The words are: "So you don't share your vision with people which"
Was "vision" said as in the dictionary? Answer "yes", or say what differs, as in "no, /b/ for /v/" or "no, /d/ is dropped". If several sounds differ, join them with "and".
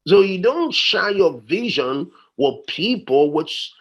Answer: yes